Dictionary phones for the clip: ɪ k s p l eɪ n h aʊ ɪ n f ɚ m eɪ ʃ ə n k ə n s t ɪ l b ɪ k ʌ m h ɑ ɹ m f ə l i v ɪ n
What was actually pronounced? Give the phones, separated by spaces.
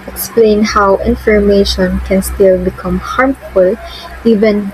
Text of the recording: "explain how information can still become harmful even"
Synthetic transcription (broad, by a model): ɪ k s p l eɪ n h aʊ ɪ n f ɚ m eɪ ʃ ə n k ə n s t ɪ l b ɪ k ʌ m h ɑ ɹ m f ə l i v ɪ n